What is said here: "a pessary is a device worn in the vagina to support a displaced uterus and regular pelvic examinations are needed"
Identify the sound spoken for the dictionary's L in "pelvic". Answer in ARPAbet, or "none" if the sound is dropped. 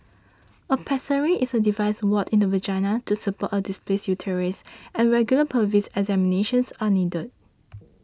none